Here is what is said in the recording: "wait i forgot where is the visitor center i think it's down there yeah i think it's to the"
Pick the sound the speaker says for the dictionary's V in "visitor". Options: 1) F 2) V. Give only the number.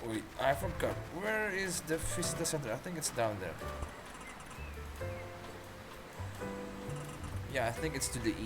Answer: 1